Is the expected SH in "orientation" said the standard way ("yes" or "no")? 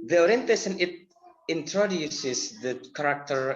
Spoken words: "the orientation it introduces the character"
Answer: no